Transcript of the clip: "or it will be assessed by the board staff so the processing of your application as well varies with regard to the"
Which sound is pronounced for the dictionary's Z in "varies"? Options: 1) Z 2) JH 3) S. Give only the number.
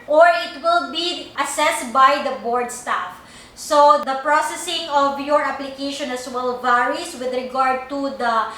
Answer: 3